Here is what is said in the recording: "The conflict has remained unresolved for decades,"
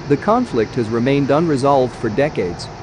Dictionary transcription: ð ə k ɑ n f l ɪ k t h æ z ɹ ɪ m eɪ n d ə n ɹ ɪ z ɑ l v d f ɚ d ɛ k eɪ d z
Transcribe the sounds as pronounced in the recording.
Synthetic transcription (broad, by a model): ð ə k ɑ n f l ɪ k t h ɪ z ɹ ɪ m eɪ n d ə n ɹ ɪ z ɑ l v d f ɚ d ɛ k eɪ d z